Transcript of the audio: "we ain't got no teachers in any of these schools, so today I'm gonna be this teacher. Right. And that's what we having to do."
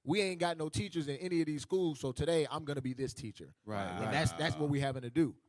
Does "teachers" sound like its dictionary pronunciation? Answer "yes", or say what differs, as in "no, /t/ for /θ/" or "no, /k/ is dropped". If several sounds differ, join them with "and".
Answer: yes